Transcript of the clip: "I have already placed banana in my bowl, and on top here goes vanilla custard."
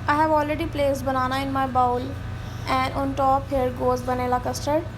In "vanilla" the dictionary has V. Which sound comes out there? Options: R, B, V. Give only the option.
B